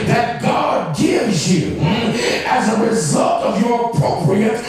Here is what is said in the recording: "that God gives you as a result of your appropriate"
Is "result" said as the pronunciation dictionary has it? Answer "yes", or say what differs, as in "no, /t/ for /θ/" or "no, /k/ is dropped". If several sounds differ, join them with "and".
yes